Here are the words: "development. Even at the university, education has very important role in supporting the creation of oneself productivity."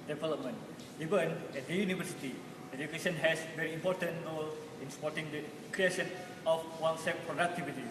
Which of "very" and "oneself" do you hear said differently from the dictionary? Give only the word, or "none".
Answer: oneself